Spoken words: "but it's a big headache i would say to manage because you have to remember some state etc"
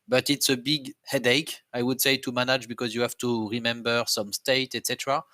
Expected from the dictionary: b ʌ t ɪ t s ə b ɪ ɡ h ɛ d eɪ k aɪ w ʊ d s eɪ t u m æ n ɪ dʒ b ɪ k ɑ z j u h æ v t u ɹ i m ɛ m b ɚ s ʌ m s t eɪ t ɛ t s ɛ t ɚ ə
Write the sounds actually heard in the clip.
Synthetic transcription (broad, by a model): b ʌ t ɪ t s ə b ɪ ɡ h ɛ d eɪ k aɪ w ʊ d s eɪ t u m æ n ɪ dʒ b ɪ k ɑ z j u h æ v t u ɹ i m ɛ m b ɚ s ʌ m s t eɪ t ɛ t s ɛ t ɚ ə